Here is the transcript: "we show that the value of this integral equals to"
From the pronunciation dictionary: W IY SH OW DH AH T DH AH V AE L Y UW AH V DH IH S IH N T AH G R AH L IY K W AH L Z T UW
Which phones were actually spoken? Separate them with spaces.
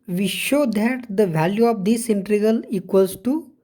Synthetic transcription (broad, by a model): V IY SH OW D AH T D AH V AE L Y UW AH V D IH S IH N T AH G AH L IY K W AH L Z T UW